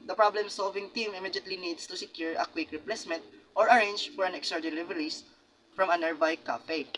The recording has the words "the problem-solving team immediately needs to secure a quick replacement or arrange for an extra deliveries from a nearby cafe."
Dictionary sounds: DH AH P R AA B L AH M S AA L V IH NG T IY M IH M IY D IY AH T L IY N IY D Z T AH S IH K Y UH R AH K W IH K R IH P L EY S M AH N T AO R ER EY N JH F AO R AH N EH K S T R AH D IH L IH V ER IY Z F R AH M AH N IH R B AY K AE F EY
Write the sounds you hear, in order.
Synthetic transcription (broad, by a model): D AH P R AA B L AH M S AA L V IH NG T IY M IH M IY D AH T L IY N IY D S T AH S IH K Y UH R AH K W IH K R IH P L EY S M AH N T AO R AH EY N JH F AO R AH N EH K S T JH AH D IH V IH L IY S F R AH M AH N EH R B AY K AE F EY